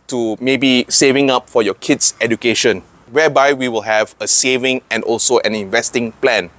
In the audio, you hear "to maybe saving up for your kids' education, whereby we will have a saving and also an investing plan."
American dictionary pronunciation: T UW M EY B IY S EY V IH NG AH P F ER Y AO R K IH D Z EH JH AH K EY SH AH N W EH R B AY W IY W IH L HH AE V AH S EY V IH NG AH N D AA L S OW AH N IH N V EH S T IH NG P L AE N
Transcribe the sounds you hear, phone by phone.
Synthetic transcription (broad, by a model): T UW M EY B IY S EY V IH NG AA P F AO Y AO K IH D S EH JH AH K EY SH AH N W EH B AY W IY W IH L HH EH V AH S EY V IH NG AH N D AA L S OW AH N IH N V EH S T IH NG P L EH N